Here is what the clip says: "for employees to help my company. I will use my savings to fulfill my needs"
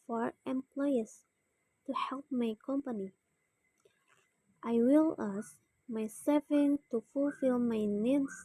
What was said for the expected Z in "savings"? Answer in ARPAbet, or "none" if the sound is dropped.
none